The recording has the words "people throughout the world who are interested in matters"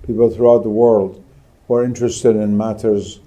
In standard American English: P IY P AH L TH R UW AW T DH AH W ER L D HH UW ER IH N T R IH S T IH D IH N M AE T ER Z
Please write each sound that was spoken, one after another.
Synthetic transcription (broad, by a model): P IY P L TH R UW AW T DH AH W ER L D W ER IH N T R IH S T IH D IH N M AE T ER Z